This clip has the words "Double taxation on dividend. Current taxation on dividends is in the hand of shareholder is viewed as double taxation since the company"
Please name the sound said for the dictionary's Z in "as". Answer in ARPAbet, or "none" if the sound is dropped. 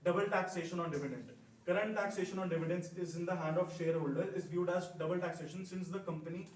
Z